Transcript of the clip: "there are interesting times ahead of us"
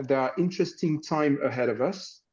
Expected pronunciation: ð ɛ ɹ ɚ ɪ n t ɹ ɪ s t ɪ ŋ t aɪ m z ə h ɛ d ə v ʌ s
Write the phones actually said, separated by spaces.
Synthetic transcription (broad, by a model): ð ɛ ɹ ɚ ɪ n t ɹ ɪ s t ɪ ŋ t aɪ m ə h ɛ d ə v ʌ s